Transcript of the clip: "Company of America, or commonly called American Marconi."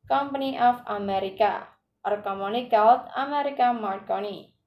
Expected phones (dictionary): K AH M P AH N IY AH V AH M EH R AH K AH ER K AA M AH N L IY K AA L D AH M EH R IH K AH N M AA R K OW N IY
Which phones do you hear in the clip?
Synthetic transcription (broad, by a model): K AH M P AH N IY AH F AH M EH R AH K AH ER K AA M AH N IY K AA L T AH M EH R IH K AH M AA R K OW N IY